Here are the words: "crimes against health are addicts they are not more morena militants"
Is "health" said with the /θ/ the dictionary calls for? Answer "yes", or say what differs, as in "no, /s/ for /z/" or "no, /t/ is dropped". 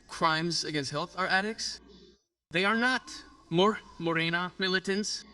yes